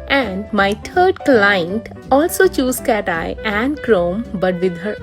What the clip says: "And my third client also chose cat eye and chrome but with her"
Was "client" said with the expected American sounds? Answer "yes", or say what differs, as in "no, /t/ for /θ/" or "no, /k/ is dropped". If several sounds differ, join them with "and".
yes